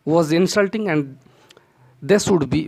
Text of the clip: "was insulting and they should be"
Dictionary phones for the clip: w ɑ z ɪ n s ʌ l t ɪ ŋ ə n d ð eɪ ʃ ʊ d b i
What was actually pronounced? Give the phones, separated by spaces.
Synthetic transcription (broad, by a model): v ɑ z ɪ n s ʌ l t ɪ ŋ ə n d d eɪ s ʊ d b i